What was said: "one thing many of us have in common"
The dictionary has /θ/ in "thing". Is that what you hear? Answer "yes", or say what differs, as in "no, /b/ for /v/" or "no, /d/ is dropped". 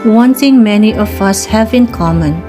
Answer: no, /t/ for /θ/